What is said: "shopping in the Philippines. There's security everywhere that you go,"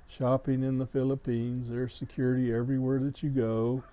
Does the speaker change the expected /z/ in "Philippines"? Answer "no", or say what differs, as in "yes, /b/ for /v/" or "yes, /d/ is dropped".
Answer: no